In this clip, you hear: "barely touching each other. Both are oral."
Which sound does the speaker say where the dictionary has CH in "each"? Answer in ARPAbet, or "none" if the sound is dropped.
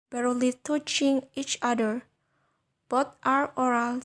CH